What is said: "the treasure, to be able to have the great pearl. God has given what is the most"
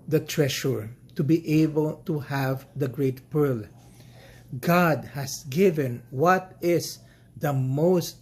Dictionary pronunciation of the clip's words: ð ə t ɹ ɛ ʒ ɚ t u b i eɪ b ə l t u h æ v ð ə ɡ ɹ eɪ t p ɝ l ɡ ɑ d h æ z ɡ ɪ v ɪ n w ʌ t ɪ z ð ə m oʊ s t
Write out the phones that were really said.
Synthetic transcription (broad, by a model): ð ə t ɹ ɛ ʃ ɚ t u b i eɪ b ə l t u h æ v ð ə ɡ ɹ eɪ t p ɝ l ɡ ɑ d h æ s ɡ ɪ v ɪ n w ʌ t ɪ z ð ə m oʊ s t